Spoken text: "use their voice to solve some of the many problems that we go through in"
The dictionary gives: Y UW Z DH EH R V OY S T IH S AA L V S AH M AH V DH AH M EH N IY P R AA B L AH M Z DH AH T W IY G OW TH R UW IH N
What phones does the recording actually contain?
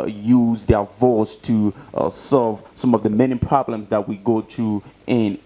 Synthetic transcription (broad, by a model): Y UW Z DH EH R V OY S T IH S AA L V S AH M AH V DH AH M EH N IY P R AA B L AH M Z DH AH T W IY G OW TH R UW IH N